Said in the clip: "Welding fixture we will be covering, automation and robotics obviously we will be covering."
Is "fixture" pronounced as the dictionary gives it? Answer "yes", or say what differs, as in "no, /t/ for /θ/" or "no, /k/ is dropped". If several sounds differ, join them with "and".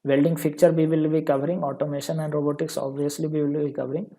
no, /s/ is dropped